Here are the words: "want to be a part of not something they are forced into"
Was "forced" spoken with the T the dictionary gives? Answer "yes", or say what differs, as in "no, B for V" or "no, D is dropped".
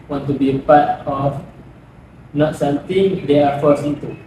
no, T is dropped